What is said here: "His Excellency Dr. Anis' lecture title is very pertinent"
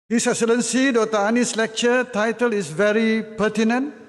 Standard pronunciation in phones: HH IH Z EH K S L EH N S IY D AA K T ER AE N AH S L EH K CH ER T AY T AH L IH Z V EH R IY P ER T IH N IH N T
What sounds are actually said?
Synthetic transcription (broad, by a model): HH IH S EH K S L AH N S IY D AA T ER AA N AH S L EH K CH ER T AY T AH L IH S V EH R IY P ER T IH N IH N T